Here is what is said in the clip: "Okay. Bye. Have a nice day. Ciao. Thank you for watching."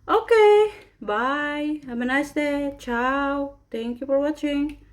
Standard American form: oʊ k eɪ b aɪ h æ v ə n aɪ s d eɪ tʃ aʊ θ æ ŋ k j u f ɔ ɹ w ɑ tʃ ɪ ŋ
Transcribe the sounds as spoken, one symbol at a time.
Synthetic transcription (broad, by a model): oʊ k eɪ b aɪ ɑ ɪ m ə n aɪ s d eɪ tʃ aʊ t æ ŋ k j u f ɔ ɹ w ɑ tʃ ɪ ŋ